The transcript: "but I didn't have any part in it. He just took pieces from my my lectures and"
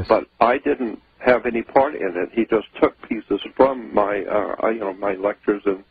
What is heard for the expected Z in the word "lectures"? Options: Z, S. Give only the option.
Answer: Z